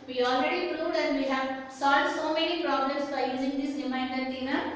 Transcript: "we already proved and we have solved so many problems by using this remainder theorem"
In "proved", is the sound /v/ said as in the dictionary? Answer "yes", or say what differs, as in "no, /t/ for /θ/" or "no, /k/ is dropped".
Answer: no, /v/ is dropped